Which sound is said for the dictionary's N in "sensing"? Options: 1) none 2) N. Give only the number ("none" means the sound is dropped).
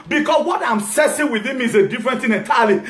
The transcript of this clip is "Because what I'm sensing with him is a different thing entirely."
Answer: 1